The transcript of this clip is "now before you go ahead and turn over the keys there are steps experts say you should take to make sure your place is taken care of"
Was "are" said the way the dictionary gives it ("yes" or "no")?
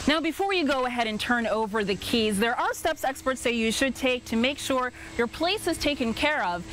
no